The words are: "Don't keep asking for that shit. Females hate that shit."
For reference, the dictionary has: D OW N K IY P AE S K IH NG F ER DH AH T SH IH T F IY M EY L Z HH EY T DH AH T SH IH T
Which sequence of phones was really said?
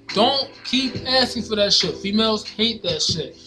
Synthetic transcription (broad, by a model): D OW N K IY P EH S IH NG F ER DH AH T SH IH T F IY M EY L Z HH EY T DH AH T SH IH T